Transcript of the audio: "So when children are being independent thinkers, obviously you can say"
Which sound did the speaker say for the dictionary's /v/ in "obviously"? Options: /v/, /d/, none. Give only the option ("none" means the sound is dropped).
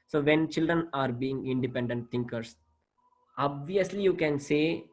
/v/